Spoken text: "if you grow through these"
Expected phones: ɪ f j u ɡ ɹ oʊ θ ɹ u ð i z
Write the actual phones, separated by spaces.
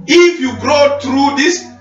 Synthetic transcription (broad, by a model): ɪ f j u ɡ ɹ oʊ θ ɹ u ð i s